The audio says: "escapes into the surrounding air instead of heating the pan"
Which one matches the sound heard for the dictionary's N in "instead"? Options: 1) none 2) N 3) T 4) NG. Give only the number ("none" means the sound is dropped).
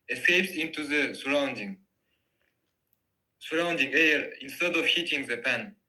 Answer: 2